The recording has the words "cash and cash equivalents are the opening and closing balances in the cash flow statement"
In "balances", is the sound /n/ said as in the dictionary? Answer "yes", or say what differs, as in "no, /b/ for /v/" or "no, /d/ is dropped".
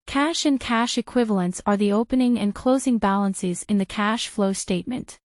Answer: yes